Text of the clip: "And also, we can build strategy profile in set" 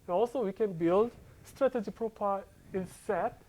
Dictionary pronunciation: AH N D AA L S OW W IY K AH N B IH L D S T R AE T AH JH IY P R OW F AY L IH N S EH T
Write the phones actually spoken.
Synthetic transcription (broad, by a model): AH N AA L S OW W IY K AH N B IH L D S T R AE T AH JH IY P R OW P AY IH N S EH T